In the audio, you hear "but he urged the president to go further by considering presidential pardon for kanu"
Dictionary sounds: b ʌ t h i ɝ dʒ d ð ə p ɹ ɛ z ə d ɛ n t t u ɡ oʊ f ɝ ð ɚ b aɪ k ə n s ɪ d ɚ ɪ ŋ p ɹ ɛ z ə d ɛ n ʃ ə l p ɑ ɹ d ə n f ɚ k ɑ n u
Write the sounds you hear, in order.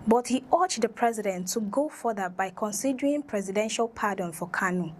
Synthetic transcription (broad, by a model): b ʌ t h i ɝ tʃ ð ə p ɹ ɛ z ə d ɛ n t t u ɡ oʊ f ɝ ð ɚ b aɪ k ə n s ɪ d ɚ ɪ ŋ p ɹ ɛ z ə d ɛ n ʃ ə l p ɑ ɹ d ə n f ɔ k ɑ n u